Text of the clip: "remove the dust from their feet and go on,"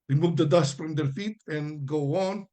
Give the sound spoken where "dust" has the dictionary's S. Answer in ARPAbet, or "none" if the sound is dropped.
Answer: S